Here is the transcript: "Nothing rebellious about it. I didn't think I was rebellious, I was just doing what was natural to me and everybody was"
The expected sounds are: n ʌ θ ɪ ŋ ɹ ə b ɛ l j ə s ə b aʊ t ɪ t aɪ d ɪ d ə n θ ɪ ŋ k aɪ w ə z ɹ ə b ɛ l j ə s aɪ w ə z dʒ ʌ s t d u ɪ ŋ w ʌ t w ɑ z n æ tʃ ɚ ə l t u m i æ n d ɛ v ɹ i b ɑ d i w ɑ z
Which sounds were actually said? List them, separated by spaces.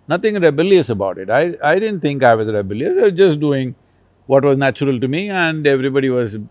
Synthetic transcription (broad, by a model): n ʌ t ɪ ŋ ɹ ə b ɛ l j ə s ə b aʊ t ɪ t aɪ d ɪ d ə n t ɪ ŋ k aɪ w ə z ɹ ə b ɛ l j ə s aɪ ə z dʒ ʌ s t d u ɪ ŋ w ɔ t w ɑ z n æ tʃ ɚ ə l t u m i æ n d ɛ v ɹ i b ɑ d i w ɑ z